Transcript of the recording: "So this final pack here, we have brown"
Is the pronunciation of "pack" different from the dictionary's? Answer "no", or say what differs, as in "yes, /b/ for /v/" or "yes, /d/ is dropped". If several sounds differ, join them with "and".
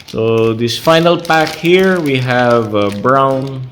no